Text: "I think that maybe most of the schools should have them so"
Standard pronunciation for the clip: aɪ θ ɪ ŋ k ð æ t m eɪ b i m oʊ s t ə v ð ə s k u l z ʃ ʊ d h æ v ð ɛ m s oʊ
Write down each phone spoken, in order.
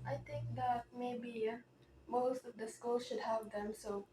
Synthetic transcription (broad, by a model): aɪ t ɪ ŋ k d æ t m eɪ b i m oʊ s t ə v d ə s k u l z ʃ ʊ d h æ v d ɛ m s oʊ